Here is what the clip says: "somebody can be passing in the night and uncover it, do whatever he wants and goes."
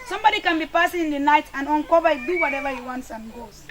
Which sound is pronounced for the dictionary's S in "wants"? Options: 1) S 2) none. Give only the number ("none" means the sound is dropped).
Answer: 1